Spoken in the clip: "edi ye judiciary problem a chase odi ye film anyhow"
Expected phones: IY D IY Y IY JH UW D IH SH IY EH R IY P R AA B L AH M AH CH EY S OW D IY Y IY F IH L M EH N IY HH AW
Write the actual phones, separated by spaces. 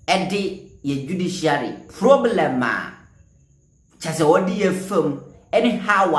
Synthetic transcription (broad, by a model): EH D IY Y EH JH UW D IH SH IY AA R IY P R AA B L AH M AH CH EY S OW D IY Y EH F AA M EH N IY HH AW